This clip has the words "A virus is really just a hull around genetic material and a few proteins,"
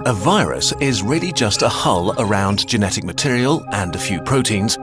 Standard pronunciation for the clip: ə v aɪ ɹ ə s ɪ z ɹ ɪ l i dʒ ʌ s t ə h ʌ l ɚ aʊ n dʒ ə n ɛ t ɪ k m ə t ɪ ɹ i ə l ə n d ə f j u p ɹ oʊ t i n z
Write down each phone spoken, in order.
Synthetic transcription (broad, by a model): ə v aɪ ɹ ə s ɪ z ɹ ɪ l i dʒ ʌ s t ə h ʌ l ɚ aʊ n dʒ ə n ɛ t ɪ k m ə t ɪ ɹ i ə l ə n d ə f j u p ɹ oʊ t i n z